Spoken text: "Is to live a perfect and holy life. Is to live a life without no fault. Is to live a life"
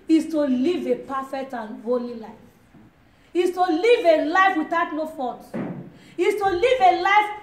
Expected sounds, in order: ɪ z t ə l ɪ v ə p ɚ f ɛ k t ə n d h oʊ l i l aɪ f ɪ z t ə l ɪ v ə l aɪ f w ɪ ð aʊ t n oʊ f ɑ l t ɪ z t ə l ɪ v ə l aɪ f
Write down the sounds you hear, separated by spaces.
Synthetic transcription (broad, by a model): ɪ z t ə l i v ə p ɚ f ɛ k t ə n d h oʊ l i l aɪ f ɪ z t ə l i v ə l aɪ f w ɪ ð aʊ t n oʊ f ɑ t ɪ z t ə l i v ə l aɪ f